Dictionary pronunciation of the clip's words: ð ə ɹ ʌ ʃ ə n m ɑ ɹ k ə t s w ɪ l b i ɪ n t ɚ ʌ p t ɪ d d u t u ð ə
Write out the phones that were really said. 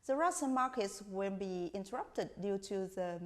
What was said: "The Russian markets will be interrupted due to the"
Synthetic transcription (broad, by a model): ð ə ɹ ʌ s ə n m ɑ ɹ k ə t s w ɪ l b i ɪ n t ɚ ʌ p t ɪ d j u t u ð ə